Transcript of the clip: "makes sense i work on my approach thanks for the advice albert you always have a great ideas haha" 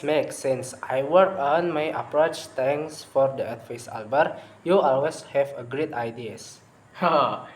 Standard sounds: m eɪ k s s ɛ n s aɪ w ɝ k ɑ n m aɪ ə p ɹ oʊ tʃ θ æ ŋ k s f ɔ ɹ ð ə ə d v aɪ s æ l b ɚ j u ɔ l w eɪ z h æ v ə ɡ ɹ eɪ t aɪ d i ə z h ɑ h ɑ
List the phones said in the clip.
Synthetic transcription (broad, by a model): m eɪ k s s ɛ n s aɪ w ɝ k ɑ n m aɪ ə p ɹ oʊ tʃ t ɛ ŋ s f ɔ ɹ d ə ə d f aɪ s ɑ l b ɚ j u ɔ l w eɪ s h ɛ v ə ɡ ɹ eɪ t aɪ d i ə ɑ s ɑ